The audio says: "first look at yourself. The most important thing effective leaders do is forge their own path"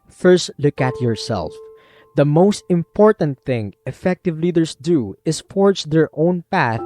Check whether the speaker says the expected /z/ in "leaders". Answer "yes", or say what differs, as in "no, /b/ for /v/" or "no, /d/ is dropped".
no, /s/ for /z/